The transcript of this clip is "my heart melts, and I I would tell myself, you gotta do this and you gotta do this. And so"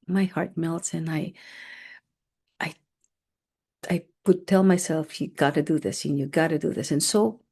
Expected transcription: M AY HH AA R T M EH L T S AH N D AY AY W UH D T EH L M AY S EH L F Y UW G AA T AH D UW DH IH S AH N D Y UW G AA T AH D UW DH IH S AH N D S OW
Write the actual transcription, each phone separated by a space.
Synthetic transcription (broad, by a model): M AY HH AA R T M EH L T S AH N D AY AY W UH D T EH L M AY S EH L F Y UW G AA T AH D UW DH IH S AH N Y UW G AA T AH D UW DH IH S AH N S OW